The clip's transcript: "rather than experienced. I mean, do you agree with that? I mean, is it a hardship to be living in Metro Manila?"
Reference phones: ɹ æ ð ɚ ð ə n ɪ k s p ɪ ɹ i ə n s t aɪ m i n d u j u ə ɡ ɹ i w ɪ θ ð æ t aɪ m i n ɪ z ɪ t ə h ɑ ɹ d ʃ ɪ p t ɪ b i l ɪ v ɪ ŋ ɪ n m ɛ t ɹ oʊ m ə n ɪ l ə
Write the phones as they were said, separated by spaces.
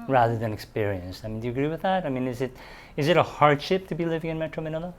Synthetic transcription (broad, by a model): ɹ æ ð ɚ ð ə n ɪ k s p ɪ ɹ i ə n s t aɪ m i n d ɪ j ə ɡ ɹ i w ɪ ð æ t aɪ m i n ɪ z ɪ t ə h ɑ ɹ d ʃ ɪ p t ɪ b i l ɪ v ɪ ŋ ɪ n m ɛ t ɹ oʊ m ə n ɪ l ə